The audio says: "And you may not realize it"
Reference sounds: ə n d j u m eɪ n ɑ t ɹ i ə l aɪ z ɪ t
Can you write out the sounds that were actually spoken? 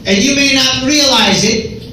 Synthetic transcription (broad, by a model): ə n j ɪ m eɪ n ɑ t ɹ i ə l aɪ z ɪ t